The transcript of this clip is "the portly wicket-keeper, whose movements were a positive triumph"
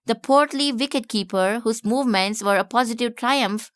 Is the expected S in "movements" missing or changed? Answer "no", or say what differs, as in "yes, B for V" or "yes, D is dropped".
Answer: no